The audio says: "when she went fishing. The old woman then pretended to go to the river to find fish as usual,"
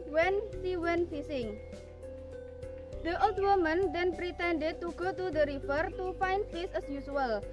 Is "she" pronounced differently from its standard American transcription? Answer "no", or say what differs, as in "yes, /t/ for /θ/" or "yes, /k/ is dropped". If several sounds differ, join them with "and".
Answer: yes, /s/ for /ʃ/